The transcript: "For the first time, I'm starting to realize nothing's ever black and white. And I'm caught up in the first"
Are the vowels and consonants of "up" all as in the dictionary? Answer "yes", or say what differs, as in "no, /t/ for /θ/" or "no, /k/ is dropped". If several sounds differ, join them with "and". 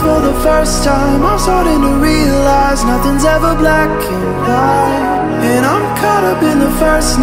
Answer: no, /b/ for /p/